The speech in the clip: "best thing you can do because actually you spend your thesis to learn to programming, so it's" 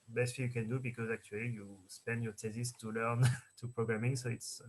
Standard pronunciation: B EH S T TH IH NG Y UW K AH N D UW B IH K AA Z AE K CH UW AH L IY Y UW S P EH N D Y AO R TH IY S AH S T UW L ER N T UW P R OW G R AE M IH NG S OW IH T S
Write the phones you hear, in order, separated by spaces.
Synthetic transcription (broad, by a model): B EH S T F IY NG Y UW K AH N D UW B IH K AA Z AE K CH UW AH L IY Y UW S P EH N D Y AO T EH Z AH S T UW L ER N T UW P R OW G R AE M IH NG S OW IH T S